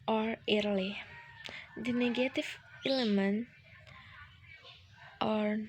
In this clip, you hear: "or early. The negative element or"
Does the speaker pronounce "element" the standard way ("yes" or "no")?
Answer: yes